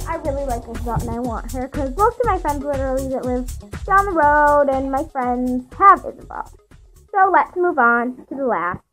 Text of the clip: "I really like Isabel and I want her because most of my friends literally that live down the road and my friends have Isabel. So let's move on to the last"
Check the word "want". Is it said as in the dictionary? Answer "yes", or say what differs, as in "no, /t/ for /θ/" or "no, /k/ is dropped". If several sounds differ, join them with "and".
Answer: yes